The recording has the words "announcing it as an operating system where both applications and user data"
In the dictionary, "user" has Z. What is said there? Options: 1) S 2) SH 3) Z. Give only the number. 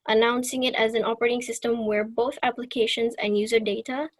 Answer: 3